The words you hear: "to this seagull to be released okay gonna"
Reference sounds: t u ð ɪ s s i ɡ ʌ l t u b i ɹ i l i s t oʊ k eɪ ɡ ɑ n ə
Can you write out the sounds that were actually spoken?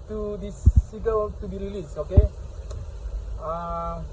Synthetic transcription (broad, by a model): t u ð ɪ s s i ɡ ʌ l t u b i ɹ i l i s oʊ k eɪ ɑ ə